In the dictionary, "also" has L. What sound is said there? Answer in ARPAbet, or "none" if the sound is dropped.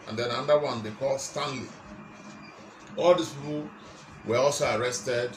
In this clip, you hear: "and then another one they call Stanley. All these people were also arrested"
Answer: L